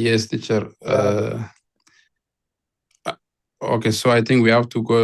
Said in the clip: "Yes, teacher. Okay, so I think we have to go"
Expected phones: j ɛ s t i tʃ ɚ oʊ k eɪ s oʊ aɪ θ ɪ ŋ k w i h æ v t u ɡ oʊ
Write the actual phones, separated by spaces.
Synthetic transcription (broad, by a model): j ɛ s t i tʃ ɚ oʊ k eɪ s oʊ aɪ t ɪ ŋ k w i h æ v t u ɡ oʊ